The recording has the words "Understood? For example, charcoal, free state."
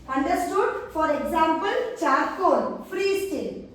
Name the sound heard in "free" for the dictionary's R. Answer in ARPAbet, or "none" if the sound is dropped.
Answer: R